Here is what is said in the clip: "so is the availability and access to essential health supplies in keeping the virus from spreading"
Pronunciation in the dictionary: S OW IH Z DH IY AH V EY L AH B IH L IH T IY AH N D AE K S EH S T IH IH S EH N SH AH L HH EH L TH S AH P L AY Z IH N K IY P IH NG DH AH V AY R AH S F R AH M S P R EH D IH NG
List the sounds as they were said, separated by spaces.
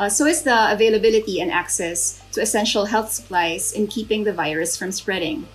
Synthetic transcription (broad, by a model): S OW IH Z DH IY AH V EY L AH B IH L IH T IY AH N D AE K S EH S T IH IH S EH N SH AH L HH EH L TH S AH P L AY Z IH N K IY P IH NG DH AH V AY R AH S F R AH M S P R EH D IH NG